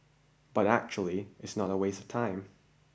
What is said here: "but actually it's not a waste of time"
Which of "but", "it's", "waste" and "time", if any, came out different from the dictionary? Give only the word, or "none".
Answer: waste